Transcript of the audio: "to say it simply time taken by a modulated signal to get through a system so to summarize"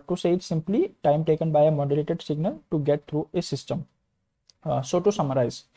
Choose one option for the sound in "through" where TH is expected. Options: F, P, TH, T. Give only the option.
T